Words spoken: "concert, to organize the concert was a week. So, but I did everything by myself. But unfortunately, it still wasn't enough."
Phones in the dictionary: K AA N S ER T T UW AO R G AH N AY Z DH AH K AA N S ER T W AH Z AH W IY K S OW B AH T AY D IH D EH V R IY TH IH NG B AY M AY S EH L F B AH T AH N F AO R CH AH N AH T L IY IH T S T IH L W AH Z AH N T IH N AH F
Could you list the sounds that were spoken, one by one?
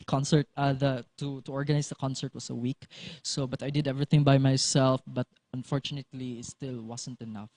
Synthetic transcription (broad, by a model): K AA N S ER T T UW AO R G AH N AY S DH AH K AA N S ER T W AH S AH W IY K S OW B AH T AY D IH D EH V R IY TH IH NG B AY M AY S EH L F B AH T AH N F AO R CH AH N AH T L IY IH T S T IH L W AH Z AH N T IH N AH F